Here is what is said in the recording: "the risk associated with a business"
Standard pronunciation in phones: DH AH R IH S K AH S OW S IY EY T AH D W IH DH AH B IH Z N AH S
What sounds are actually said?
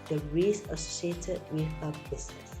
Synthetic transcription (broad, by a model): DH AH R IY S AH S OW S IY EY T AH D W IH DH AH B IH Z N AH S